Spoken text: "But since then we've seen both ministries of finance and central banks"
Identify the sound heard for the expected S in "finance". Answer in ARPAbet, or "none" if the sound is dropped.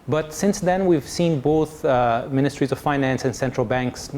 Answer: S